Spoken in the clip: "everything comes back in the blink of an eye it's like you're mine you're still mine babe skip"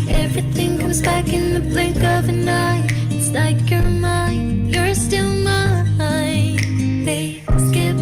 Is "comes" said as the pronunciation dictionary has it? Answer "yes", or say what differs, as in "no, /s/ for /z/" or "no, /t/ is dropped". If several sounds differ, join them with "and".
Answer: yes